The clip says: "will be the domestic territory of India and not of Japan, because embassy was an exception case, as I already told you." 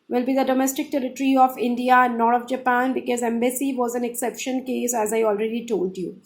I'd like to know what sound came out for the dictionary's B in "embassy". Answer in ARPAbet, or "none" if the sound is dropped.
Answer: B